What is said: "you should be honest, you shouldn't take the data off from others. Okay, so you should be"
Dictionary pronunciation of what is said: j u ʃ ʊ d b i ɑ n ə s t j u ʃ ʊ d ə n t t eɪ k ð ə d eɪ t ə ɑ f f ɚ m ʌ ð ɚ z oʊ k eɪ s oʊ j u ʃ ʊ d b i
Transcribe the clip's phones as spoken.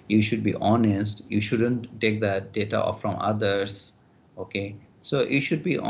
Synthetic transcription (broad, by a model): j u ʃ ʊ d b i ɑ n ə s t j u ʃ ʊ d ə n t t eɪ k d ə d eɪ t ə ɑ f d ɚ m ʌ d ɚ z oʊ k eɪ s oʊ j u ʃ ʊ d b i